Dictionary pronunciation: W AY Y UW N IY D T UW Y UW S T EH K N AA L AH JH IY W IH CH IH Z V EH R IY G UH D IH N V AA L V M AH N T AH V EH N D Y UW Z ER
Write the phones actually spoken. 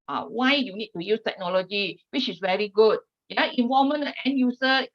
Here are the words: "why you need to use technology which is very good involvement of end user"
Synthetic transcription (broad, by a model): W AY Y UW N IY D T UW Y UW S T EH K N AA L AH JH IY W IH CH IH S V EH R IY G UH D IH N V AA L M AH N AH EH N Y UW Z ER